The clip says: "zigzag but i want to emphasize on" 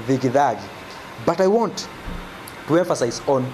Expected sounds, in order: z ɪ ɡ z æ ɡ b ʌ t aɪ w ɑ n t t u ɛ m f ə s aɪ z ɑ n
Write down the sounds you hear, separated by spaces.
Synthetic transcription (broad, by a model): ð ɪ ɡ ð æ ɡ b ʌ t aɪ w ɑ n t t u ɛ m f ə s aɪ z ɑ n